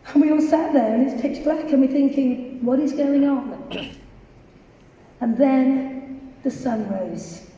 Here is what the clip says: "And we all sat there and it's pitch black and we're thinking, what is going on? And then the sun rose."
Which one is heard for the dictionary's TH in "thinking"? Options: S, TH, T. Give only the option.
TH